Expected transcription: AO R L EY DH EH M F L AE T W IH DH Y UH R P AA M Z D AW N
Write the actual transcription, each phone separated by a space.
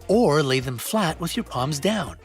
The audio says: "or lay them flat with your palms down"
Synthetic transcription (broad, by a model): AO R L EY DH EH M F L AE T W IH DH Y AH R P AA M Z D AW N